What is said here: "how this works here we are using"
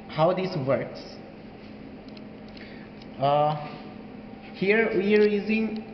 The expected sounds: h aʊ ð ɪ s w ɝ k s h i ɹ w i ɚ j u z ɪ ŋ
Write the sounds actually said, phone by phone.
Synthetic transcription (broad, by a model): h aʊ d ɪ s w ɝ k s h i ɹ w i ɚ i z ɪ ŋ